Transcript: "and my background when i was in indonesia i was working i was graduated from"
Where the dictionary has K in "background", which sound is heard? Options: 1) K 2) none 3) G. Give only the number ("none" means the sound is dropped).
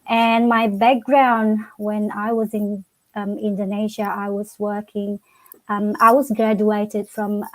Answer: 1